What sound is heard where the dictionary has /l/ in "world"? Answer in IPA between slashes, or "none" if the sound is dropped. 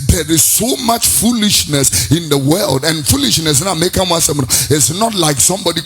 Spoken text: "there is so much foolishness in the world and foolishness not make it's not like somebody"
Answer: /l/